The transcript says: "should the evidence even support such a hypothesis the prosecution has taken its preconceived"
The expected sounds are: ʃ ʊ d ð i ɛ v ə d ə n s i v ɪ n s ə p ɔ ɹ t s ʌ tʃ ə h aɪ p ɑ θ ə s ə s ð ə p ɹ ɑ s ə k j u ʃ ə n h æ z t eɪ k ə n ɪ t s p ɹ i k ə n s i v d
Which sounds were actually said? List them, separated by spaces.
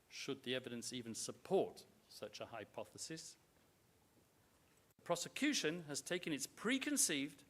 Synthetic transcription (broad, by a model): ʃ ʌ d ð i ɛ v ə d ə n s i v ɪ n s ə p ɔ ɹ t s ʌ tʃ ə h aɪ p ɑ θ ə s ə s ð ə p ɹ ɑ s ə k j u ʃ ə n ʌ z t eɪ k ə n ɪ t s p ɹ i k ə n s i v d